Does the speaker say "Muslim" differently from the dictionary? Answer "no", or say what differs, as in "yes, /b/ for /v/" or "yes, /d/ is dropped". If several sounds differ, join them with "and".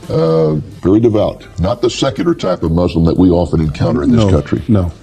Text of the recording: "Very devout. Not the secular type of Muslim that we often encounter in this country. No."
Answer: no